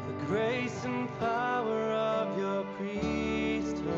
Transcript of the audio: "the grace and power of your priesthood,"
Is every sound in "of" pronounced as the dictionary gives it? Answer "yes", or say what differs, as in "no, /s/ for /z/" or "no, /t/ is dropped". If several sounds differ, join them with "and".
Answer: yes